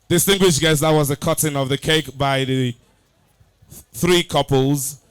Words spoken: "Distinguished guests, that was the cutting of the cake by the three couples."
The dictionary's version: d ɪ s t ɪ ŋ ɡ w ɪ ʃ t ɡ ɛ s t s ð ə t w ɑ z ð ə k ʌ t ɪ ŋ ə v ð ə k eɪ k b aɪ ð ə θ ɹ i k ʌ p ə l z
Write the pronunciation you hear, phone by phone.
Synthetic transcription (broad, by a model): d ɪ s t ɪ ŋ ɡ w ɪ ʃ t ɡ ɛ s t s ð ə t w ɑ z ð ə k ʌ t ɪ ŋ ə v ð ə k eɪ k b aɪ ð ə θ ɹ i k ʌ p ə l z